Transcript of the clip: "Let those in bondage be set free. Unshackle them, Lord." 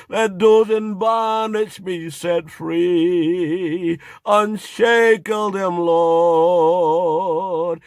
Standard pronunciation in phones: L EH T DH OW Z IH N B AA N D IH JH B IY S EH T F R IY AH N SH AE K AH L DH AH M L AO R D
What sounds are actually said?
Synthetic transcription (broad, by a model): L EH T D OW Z IH N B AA N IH SH B IY S EH T F R IY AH N SH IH K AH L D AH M L AO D